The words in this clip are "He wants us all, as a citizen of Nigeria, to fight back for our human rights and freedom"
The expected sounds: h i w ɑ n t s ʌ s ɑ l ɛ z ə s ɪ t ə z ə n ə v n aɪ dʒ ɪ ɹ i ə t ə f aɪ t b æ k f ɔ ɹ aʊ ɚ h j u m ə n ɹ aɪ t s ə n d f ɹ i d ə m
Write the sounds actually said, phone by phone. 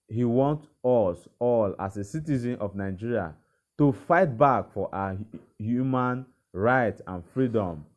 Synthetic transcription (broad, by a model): h i w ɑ n t ɔ s ɑ l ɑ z ə s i t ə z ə n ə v n aɪ dʒ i ɹ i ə t ə f aɪ t b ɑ k f ɔ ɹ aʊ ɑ h j u m ə n ɹ aɪ t ə n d f ɹ i d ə m